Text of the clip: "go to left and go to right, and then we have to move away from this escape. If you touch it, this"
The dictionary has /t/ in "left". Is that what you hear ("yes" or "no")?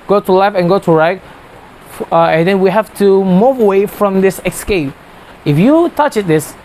no